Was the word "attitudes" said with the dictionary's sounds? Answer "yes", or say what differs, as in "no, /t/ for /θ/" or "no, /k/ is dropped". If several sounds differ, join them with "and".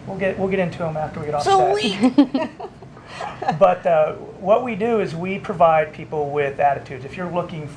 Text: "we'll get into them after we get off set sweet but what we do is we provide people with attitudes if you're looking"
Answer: yes